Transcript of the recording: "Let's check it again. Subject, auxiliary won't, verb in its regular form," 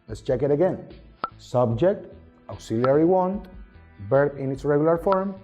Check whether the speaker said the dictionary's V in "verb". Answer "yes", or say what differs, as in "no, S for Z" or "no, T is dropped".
no, B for V